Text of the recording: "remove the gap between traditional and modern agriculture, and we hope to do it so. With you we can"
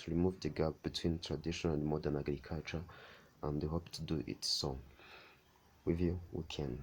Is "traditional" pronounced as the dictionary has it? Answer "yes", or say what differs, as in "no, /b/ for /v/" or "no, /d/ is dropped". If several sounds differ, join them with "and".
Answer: no, /n/ is dropped